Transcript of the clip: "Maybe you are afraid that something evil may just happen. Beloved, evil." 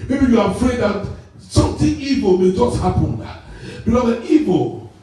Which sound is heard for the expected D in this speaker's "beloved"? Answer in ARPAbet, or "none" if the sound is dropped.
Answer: none